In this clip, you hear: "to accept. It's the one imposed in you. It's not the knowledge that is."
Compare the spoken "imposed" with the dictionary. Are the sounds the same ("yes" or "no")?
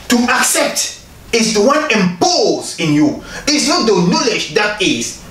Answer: no